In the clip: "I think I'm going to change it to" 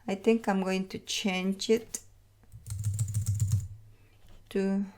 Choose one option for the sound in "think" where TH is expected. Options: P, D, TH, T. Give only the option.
T